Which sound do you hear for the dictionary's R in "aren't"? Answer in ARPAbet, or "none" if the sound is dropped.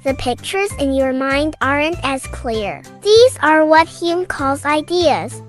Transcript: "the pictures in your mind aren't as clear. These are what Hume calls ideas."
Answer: R